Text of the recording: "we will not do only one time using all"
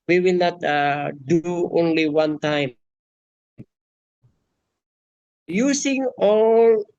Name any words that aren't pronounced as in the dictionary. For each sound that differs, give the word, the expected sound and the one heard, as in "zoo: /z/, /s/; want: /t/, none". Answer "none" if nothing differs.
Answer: using: /z/, /s/